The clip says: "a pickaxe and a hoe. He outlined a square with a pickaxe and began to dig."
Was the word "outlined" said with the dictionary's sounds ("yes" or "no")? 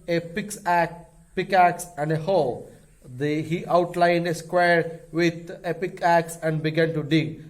yes